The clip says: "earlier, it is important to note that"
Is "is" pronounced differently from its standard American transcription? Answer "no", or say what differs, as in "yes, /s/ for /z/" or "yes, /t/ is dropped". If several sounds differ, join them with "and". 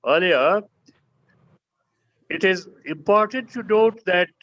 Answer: no